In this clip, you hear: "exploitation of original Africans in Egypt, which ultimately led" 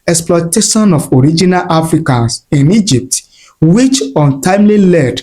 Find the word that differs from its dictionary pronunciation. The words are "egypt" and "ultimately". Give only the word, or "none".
ultimately